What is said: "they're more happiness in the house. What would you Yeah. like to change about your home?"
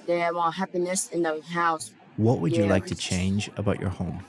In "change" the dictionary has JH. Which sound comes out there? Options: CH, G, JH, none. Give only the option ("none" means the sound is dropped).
JH